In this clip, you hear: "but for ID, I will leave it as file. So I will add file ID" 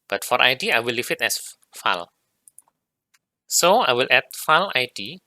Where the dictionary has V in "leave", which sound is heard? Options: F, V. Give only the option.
F